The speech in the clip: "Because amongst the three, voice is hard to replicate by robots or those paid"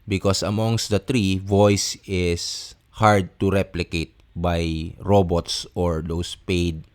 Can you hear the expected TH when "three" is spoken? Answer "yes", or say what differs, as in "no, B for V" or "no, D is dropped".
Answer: no, T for TH